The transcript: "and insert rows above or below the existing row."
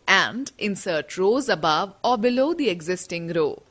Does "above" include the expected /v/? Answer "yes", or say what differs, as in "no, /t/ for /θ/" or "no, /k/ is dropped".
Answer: yes